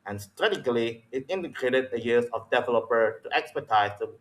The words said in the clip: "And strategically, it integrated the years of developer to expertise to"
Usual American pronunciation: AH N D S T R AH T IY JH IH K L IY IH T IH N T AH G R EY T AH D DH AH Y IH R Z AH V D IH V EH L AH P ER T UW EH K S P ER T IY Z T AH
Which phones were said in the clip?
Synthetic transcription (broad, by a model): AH N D S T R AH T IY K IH L IY IH T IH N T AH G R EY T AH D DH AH Y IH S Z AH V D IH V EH L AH P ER T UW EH K S P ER T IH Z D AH